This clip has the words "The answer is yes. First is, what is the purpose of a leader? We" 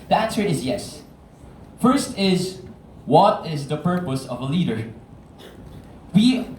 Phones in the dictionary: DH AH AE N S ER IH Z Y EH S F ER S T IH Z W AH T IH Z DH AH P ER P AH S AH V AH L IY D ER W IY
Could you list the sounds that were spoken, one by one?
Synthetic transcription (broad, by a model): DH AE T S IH IH Z Y EH S F ER S T IH Z W AH T IH Z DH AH P ER P AH S AH V AH L IY D ER W IY